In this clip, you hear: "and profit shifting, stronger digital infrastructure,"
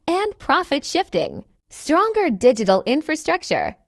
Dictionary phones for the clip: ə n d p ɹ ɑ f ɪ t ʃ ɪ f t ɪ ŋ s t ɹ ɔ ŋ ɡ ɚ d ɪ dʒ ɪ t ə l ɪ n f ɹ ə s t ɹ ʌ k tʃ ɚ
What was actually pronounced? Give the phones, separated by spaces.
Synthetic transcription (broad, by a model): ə n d p ɹ ɑ f ɪ t ʃ ɪ f t ɪ ŋ s t ɹ ɔ ŋ ɡ ɚ d ɪ dʒ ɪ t l ɪ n f ɹ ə s t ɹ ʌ k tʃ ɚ